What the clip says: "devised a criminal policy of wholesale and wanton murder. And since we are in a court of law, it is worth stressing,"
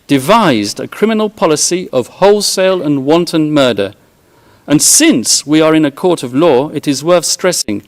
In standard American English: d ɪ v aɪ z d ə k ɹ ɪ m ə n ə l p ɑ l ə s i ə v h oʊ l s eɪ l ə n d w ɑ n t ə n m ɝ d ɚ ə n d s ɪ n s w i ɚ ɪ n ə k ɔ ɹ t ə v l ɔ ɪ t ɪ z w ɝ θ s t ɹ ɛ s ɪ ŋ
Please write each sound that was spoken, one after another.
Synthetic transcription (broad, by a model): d ɪ v aɪ z d ə k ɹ ɪ m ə n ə l p ɑ l ə s i ə v h oʊ l s eɪ l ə n w ɑ n t ə n m ɝ d ɚ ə n s ɪ n s w i ɚ ɪ n ə k ɔ ɹ t ə v l ɔ ɪ t ɪ z w ɝ θ s t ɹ ɛ s ɪ ŋ